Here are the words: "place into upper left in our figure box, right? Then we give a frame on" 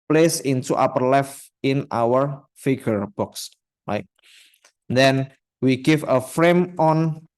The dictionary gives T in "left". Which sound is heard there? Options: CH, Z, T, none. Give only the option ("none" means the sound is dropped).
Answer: none